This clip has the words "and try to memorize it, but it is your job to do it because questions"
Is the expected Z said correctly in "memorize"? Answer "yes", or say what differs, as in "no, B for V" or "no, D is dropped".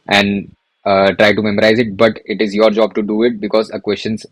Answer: yes